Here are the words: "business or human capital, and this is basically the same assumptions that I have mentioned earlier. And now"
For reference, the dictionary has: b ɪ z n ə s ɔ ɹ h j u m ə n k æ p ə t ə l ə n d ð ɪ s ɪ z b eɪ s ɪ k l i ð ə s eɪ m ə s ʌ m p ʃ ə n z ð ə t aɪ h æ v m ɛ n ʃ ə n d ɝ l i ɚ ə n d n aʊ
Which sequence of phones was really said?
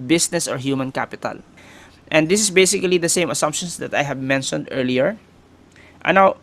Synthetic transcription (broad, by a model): b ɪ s n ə s ɔ ɹ h j u m ə n k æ p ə t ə l ə n d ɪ s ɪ s b eɪ s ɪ k l i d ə s eɪ m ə s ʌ m p ʃ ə n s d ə t aɪ h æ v m ɛ n ʃ ə n d ɝ l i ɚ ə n n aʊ